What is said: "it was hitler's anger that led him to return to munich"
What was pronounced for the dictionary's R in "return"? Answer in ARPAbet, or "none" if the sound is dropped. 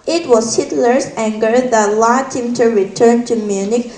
R